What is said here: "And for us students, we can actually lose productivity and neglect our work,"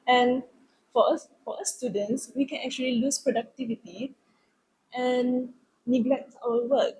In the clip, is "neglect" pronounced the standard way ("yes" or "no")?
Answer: yes